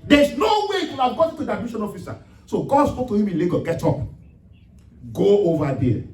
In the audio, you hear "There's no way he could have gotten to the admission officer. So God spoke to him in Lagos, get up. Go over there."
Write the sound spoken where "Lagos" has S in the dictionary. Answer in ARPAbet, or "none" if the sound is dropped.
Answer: none